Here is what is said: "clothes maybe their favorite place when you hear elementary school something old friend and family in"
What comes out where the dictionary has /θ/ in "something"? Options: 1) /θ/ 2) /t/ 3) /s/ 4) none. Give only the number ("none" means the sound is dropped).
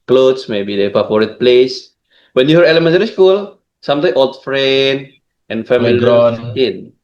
2